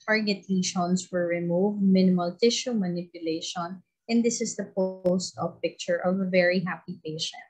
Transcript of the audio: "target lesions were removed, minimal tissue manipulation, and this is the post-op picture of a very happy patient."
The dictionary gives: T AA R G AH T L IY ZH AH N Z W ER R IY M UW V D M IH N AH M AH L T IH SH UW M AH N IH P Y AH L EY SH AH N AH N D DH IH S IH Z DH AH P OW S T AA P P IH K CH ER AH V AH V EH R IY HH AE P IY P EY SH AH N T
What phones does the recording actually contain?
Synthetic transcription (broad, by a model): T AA R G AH T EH SH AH N S W ER R IY M UW V D M IH N AH M AH L T IH SH UW M AH N IH P Y AH L EY SH AH N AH N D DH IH S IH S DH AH P OW S T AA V P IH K CH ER AH V AH V EH R IY HH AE P IY P EY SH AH N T